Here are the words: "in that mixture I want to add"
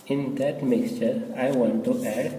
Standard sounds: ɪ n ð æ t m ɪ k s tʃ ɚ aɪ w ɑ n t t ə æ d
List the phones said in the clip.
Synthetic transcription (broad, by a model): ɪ n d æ t m ɪ k s tʃ ɚ aɪ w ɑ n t t ə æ d